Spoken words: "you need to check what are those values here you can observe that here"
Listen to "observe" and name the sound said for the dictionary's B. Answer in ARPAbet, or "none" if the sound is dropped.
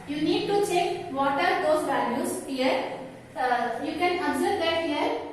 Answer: none